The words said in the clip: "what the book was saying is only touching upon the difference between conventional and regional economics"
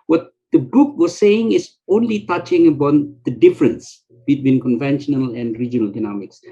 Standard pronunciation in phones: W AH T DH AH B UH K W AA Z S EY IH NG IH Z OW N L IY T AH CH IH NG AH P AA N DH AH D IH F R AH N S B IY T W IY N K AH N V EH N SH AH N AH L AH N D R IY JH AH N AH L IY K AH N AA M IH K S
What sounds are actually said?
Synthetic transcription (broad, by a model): W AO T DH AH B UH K W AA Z S EY IH NG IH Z OW N L IY T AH CH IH NG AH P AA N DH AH D IH F R AH N S B IY T W IY N K AH N V EH N SH AH N AH L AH N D R IY JH AH N AH L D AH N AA M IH K S